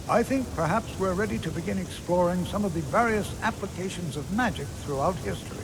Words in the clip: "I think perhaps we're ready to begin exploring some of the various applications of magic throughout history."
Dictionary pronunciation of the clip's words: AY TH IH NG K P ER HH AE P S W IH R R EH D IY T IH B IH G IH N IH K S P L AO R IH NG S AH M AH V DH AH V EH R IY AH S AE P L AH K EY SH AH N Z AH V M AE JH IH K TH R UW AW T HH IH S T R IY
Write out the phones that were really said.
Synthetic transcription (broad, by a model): AY TH IH NG K P ER HH AE P S W IH R R EH D IY T IH B IH G IH N IH K S P L AO R IH NG S AH M AH V DH AH V EH R IY AH S AE P L AH K EY SH AH N Z AH V M AE JH IH K TH R UW AW T HH IH S T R IY